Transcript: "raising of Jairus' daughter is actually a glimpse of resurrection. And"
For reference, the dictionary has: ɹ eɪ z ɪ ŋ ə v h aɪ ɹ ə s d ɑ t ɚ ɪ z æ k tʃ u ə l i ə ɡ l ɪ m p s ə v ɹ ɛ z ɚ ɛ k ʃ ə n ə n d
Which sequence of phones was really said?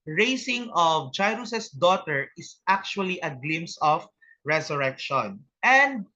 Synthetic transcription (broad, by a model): ɹ eɪ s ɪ ŋ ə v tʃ aɪ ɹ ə s d ɑ t ɚ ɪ s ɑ k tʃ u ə l i ə ɡ l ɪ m s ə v ɹ ɛ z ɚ ɛ k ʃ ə n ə n d